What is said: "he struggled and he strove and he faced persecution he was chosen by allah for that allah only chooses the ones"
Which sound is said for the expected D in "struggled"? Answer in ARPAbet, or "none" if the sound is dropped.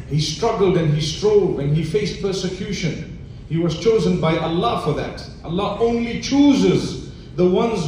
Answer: D